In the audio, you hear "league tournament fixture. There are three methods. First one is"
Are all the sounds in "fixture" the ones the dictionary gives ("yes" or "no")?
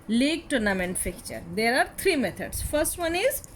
no